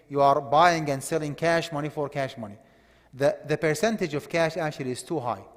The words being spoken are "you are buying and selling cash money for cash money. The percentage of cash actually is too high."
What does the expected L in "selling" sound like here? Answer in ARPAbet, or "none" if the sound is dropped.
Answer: L